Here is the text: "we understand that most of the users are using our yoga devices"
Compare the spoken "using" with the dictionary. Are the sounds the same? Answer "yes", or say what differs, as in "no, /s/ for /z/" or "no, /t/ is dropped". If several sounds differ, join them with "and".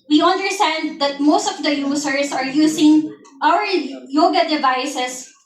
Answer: no, /s/ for /z/